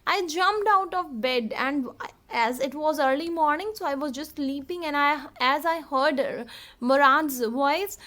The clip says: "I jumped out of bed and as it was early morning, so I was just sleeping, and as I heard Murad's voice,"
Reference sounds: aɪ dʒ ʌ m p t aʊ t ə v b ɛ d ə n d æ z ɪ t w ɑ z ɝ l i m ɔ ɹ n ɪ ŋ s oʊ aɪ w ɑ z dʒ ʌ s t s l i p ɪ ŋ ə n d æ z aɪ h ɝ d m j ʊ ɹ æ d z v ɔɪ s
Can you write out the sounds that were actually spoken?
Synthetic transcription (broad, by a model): aɪ dʒ ʌ m p t aʊ t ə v b ɛ d ə n d æ z ɪ t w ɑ z ɝ l i m ɔ ɹ n ɪ ŋ s oʊ aɪ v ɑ z dʒ ʌ s t l i p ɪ ŋ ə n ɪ æ z aɪ h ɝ d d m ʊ ɹ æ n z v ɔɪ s